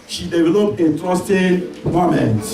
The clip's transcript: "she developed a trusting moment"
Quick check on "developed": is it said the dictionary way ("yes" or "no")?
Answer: no